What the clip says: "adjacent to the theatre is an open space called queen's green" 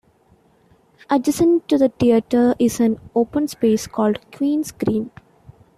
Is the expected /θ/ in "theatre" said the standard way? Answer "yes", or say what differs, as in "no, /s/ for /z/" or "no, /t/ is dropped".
no, /t/ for /θ/